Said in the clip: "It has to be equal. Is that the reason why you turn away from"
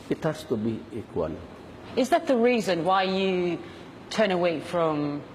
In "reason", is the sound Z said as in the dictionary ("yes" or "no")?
yes